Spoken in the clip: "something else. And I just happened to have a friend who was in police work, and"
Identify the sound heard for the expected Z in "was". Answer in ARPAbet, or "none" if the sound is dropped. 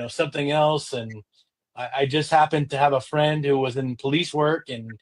Z